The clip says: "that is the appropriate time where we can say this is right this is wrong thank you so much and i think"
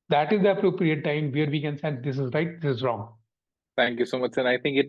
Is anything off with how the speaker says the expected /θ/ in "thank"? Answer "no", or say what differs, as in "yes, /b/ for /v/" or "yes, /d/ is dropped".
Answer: yes, /t/ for /θ/